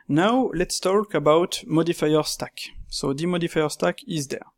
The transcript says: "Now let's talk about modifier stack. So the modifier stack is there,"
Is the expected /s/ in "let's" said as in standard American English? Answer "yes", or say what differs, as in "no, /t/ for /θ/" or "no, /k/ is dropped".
yes